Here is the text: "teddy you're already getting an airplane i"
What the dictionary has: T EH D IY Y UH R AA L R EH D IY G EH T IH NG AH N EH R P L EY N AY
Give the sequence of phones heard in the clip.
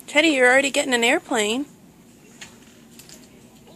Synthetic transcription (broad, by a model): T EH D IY Y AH R L R EH D IY G EH T IH NG AH N EH R P L EY N